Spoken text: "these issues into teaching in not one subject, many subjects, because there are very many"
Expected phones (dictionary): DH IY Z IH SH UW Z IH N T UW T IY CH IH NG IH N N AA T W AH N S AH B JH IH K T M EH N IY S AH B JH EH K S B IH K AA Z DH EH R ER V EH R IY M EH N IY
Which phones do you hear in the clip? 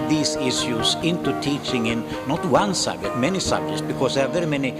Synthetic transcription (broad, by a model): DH IY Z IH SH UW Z IH N T UW T IY CH IH NG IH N N AA T W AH N S AH B JH IH K T M EH N IY S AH B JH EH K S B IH K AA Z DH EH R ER V EH R IY M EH N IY